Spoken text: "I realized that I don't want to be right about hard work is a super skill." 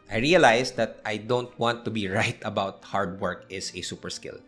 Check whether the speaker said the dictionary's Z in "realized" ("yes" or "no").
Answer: no